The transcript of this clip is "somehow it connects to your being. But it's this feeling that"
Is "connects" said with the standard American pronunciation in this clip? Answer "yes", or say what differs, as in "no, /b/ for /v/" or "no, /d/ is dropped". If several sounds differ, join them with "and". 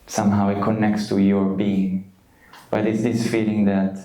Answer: yes